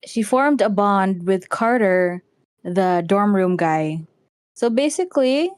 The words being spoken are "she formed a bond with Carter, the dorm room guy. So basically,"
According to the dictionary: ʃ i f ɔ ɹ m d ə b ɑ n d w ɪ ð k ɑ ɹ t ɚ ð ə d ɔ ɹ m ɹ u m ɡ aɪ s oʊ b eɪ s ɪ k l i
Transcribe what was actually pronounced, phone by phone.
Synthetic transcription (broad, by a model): ʃ i f ɔ ɹ m d ə b ɑ n d w ɪ ð k ɑ ɹ t ɚ ð ə d ɔ ɹ m ɹ u m ɡ aɪ s oʊ b eɪ s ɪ k l i